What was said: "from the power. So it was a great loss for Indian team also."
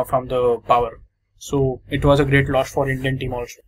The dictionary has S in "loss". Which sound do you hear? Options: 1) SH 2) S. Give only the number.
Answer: 1